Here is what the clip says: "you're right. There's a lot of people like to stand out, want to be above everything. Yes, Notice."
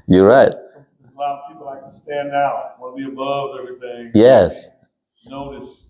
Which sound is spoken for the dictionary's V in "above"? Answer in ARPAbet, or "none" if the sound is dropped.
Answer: V